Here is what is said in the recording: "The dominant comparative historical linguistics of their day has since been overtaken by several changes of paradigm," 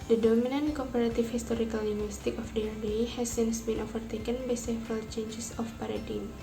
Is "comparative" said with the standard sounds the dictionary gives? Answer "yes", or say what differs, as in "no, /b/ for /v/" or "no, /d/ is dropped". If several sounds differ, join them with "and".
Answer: no, /f/ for /v/